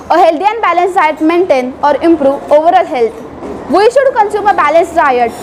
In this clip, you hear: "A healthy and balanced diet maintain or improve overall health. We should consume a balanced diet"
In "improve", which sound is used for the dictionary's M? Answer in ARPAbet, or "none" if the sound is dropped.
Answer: M